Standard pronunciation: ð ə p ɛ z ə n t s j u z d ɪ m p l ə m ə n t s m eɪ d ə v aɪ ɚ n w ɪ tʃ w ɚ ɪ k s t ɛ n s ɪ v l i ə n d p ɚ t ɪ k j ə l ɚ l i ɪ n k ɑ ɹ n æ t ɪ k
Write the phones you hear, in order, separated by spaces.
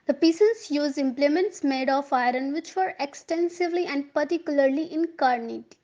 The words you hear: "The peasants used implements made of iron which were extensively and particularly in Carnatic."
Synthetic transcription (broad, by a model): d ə p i s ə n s j u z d ɪ m p l ə m ə n t s m eɪ d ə f aɪ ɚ n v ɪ tʃ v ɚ ɪ k s t ɛ n s ɪ v l i ə n d p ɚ t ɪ k j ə l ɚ l i ɪ n k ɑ ɹ n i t